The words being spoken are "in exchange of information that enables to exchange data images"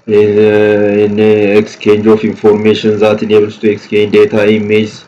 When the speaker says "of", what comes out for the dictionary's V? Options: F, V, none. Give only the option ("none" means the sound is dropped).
F